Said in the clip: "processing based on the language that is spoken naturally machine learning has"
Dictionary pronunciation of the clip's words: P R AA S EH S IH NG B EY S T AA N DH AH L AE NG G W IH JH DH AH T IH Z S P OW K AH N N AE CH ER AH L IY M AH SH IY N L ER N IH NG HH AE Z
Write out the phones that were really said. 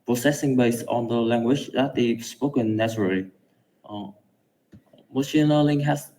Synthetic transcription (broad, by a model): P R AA S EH S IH NG B EY S T AA N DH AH L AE NG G W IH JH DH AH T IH S P OW K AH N N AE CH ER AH L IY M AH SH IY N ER L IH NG HH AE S